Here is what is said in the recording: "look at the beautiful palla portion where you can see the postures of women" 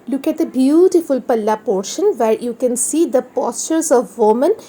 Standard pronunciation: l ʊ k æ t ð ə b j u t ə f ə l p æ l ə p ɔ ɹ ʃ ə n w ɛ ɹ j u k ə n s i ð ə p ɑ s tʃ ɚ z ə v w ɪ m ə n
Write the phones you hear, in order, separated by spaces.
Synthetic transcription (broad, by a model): l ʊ k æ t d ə b j u t ə f ə l p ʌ l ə p ɔ ɹ ʃ ə n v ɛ ɹ j u k ə n s i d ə p ɑ s tʃ ɚ z ə v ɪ m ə n